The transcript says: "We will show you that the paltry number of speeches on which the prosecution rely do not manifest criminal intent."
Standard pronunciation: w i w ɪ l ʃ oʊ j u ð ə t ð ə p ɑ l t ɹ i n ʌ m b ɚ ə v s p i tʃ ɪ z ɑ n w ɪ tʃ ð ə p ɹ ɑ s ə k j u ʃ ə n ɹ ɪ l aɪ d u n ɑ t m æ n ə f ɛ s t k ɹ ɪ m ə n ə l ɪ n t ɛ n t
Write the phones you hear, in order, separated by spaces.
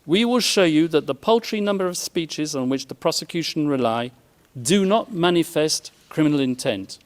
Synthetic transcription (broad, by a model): w i w ɪ l ʃ oʊ j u ð ə t ð ə p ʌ l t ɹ i n ʌ m b ɚ ə v s p i tʃ ɪ z n w ɪ tʃ ð ə p ɹ ɑ s ə k j u ʃ ə n ɹ ɪ l aɪ d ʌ n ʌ t m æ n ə f ɛ s t k ɹ ɪ m ə n ə l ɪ n t ɛ n t